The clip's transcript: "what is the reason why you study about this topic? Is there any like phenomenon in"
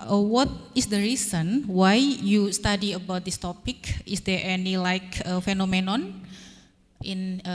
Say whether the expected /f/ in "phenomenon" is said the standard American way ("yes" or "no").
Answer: yes